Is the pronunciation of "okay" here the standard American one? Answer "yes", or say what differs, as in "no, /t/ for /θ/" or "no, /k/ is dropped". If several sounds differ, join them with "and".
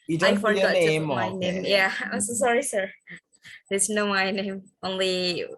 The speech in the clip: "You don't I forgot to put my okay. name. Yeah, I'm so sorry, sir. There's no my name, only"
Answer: no, /k/ is dropped